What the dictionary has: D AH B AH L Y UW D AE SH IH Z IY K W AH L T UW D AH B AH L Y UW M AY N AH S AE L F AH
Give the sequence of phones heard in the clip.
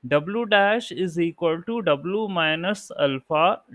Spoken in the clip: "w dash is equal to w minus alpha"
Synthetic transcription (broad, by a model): D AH B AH L Y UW D AE SH IH Z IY K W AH L T UW D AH B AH L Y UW M AY N AH S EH L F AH